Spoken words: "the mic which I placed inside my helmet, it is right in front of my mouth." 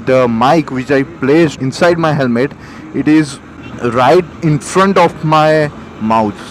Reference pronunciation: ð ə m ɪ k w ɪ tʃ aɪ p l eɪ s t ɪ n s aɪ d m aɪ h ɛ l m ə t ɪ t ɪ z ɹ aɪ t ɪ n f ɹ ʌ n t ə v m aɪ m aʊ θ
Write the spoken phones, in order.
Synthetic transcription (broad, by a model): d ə m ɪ k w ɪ tʃ aɪ p l eɪ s ɪ n s aɪ d m aɪ h ɛ l m ə t ɪ t ɪ z ɹ aɪ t ɪ n f ɹ ʌ n t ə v m aɪ m aʊ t